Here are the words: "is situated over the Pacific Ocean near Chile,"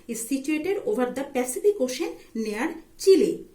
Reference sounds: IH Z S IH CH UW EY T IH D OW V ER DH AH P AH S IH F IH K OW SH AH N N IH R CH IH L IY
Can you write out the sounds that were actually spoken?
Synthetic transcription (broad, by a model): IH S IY CH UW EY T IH D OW B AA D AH P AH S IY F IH K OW SH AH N N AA R CH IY L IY